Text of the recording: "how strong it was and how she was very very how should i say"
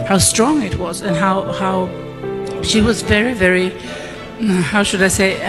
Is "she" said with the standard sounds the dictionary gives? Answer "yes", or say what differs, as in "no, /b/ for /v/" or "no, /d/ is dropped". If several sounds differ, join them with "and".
yes